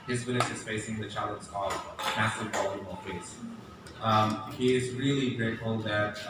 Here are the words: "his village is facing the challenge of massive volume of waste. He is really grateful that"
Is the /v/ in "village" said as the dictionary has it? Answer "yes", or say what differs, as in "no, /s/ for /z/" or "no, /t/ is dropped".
no, /w/ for /v/